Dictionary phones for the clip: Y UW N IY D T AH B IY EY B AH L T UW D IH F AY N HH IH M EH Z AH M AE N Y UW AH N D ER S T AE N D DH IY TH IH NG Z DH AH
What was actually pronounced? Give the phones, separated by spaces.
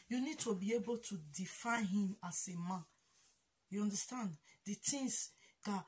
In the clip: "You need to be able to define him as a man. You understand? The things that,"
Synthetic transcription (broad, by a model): Y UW N IY D T AH B IY EY B AH L T UW D IH F AY N HH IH M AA S AH M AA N Y UW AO N D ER S T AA N D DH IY T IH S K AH